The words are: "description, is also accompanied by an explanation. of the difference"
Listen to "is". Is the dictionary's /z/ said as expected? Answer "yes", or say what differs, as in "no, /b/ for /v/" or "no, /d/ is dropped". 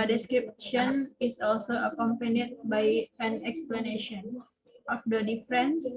no, /s/ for /z/